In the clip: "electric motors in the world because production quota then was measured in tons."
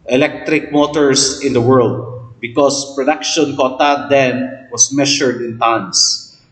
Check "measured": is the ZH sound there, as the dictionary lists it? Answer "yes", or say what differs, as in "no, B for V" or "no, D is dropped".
no, SH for ZH